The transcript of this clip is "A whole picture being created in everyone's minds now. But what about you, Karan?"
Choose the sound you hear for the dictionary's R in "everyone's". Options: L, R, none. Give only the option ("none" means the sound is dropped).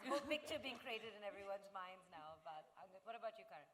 R